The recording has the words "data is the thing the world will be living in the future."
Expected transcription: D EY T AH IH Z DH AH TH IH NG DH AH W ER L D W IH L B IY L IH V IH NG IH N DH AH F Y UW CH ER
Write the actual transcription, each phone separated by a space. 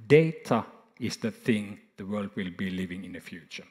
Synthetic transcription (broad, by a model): D EY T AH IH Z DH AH TH IH NG DH AH W ER L D W IH L B IY L IH V IH NG IH N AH F Y UW CH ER